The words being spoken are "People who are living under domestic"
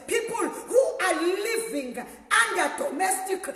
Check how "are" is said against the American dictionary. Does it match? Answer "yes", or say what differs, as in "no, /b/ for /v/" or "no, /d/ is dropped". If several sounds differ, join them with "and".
no, /l/ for /ɹ/